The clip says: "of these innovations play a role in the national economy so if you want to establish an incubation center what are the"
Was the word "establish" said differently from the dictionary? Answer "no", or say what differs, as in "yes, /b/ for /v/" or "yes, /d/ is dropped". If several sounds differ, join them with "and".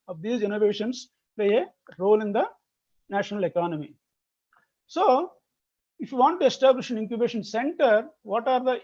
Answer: no